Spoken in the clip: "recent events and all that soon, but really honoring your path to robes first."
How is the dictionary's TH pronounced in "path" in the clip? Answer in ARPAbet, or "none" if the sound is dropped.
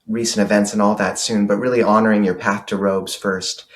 TH